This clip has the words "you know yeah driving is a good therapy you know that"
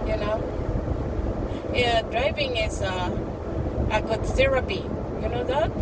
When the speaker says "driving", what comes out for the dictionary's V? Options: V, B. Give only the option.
V